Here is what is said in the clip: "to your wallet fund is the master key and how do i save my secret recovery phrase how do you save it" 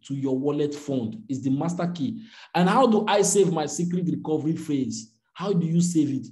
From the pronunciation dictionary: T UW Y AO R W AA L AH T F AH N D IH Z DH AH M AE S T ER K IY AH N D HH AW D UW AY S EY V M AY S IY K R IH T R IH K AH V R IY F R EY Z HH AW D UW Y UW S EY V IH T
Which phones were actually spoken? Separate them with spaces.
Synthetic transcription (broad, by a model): T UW Y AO W AA L AH T F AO N D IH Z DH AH M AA S T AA K IY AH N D HH AW D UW AY S EY V M AY S IY K R IH T R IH K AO V R IY F EY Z HH AW D UW Y UW S EY V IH T